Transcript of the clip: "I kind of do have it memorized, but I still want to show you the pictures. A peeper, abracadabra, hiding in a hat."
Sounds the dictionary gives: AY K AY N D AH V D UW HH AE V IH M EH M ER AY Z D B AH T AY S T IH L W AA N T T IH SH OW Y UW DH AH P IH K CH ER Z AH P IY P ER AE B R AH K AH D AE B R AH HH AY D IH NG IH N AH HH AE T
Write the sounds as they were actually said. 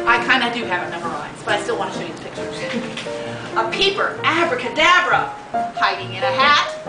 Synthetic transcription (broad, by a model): AY K AY N D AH D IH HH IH V IH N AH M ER AY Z B AH T AY S T IH L W AA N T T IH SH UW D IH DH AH P IH K CH ER Z AH P IY P ER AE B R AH K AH D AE B R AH HH AY D IH NG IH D AH HH AE T